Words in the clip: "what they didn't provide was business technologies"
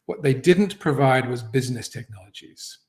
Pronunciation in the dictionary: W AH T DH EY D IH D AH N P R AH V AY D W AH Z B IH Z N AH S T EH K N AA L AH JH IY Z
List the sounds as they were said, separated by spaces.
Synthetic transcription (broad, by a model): W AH T DH EY D IH D N P R AH V AY D W AH Z B IH Z N AH S T EH K N AA L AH JH IY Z